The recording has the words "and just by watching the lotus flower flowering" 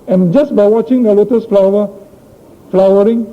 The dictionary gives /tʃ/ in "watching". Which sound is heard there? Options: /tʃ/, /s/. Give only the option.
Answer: /tʃ/